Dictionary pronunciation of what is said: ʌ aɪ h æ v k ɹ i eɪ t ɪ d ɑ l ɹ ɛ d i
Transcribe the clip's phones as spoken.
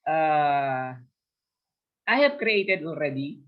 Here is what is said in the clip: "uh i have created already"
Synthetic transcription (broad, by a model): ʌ aɪ h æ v k ɹ i eɪ t ɪ d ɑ l ɹ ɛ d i